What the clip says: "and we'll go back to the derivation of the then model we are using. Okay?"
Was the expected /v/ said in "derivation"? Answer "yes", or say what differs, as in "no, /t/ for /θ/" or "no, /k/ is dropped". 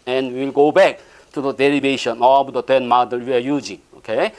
no, /b/ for /v/